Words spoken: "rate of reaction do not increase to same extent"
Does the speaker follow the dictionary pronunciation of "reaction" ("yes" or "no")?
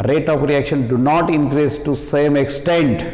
yes